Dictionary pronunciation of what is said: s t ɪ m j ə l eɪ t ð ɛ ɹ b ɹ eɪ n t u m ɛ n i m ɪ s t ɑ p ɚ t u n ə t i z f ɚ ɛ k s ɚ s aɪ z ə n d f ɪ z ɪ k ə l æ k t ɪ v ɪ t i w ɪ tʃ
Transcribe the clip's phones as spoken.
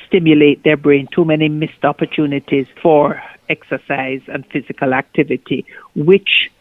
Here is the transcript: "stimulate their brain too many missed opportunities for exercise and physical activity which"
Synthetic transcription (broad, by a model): s t ɪ m j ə l eɪ t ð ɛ ɹ b ɹ eɪ n t u m ɛ n i m ɪ s t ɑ p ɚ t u n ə t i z f ɚ ɛ k s ɚ s aɪ z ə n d f ɪ z ɪ k ə l æ k t ɪ v ɪ t i w ɪ tʃ